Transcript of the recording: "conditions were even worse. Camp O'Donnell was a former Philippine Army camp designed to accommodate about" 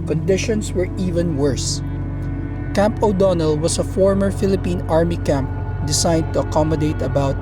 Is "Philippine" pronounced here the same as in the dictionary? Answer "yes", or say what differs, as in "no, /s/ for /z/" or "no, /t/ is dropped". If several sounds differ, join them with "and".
yes